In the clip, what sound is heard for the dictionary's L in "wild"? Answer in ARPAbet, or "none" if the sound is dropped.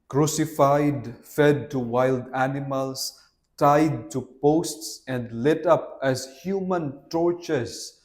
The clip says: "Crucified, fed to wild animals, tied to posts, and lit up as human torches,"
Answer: L